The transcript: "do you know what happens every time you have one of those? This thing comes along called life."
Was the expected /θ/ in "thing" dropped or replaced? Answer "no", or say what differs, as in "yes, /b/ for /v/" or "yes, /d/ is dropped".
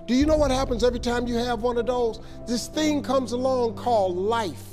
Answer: no